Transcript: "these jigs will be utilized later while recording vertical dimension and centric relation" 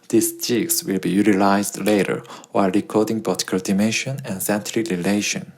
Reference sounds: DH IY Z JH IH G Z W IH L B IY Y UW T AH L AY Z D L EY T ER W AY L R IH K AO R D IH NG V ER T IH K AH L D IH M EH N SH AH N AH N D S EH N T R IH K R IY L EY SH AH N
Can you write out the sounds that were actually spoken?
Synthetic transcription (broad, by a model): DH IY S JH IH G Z W IH L B IY Y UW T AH L AY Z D L EY T ER W AY L R IH K AO R D IH NG B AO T K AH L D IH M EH SH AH N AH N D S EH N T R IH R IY L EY SH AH N